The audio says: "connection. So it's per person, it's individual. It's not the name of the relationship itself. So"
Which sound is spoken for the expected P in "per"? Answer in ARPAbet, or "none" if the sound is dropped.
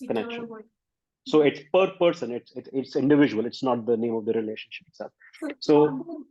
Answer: P